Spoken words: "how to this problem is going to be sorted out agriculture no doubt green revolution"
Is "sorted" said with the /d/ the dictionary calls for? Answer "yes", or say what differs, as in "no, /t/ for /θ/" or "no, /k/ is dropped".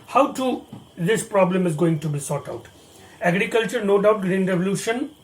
no, /d/ is dropped